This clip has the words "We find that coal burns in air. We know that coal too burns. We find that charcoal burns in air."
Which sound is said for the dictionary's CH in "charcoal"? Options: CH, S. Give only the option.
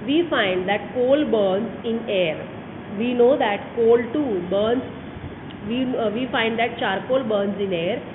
CH